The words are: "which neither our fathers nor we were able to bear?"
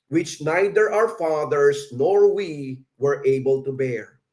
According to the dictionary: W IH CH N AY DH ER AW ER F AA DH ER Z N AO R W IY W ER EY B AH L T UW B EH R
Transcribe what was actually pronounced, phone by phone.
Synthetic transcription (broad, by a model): W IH CH N AY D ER AW ER F AA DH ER S N AO R W IY W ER EY B AH L T UW B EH R